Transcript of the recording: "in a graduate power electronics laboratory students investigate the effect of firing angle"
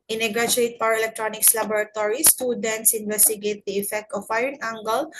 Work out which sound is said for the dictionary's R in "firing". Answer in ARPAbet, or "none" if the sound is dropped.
none